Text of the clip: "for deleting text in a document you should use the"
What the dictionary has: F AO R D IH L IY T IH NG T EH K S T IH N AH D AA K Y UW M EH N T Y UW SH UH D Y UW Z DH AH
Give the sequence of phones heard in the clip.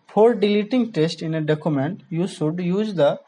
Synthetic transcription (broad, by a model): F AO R D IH L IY T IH NG T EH S T IH N AH D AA K Y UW M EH N T Y UW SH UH D Y UW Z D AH